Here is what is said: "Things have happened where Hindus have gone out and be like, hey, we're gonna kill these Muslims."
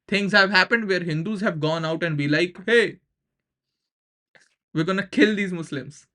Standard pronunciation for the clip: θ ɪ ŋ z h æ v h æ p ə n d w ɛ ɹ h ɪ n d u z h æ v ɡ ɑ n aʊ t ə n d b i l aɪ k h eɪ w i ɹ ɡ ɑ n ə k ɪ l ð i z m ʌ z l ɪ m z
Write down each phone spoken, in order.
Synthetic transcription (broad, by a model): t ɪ ŋ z h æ v h æ p ə n d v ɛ ɹ h ɪ n d u z h æ v ɡ ɑ n aʊ t ə n d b i l aɪ k h eɪ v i ɹ ɡ ɑ n ə k ɪ l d i z m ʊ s l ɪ m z